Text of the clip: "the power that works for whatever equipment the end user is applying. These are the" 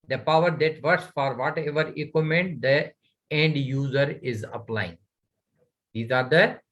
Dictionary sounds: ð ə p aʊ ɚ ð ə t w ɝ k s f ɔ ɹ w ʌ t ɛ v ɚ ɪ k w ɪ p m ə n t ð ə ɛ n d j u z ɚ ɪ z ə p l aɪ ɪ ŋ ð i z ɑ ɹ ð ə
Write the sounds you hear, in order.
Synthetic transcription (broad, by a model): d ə p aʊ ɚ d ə t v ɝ s f ɔ ɹ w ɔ t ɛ v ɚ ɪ k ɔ m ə n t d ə ɛ n d j u z ɚ ɪ z ə p l aɪ ɪ ŋ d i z ɑ ɹ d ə